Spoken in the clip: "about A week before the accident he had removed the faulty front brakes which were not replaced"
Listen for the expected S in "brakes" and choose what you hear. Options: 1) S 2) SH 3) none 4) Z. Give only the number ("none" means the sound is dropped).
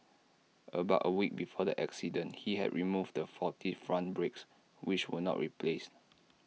1